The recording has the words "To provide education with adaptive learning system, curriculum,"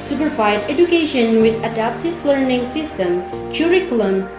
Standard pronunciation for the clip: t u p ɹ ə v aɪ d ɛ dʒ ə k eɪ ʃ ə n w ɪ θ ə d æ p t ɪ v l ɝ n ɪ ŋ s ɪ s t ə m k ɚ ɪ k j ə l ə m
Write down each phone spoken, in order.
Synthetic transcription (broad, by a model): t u p ɹ ə v aɪ d ɛ dʒ ə k eɪ ʃ ə n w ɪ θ ə d æ p t ɪ v l ɝ n ɪ ŋ s ɪ s t ə m k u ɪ k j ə l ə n